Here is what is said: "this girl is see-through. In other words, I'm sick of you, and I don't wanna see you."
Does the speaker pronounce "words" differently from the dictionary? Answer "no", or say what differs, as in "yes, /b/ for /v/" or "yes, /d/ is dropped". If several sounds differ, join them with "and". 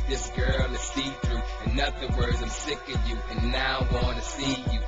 no